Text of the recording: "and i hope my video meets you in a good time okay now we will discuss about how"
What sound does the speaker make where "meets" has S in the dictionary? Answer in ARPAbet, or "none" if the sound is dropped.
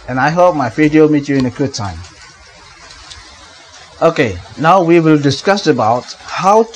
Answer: none